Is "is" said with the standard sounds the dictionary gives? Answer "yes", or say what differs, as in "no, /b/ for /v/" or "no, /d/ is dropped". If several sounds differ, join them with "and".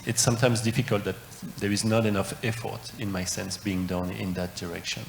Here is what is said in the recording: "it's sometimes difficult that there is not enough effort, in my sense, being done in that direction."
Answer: yes